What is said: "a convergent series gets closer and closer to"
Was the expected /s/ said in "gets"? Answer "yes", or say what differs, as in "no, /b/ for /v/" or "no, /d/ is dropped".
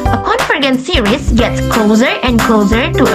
yes